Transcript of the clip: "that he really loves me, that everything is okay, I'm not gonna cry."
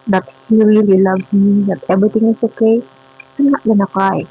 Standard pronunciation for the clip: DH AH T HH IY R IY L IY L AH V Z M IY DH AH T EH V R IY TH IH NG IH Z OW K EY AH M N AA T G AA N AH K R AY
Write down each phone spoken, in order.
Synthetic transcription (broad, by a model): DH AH T HH IY R IY L IY L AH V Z M IY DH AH T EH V R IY T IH NG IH S OW K EY AH M N AA T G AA N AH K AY